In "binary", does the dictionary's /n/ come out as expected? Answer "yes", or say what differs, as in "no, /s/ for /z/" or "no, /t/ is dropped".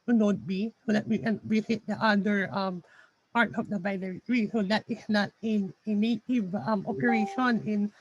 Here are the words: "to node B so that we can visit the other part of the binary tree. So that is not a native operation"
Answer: no, /l/ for /n/